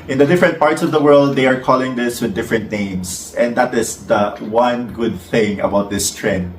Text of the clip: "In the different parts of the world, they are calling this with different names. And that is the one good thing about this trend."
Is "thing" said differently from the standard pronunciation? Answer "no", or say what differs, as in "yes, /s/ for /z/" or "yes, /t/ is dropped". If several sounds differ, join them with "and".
no